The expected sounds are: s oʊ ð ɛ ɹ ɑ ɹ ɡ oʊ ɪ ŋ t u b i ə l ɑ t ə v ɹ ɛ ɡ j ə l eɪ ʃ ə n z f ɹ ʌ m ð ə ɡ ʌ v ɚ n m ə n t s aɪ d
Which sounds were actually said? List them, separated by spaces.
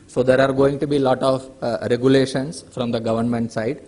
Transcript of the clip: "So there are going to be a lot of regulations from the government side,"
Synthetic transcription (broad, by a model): s oʊ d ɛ ɹ ɑ ɹ ɡ oʊ ɪ ŋ t u b i l ɑ t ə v ɹ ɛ ɡ j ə l eɪ ʃ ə n s f ɹ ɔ m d ə ɡ ʌ v ɚ n m ə n t s aɪ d